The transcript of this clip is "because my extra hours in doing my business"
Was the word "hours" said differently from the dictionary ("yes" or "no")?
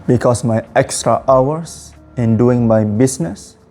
yes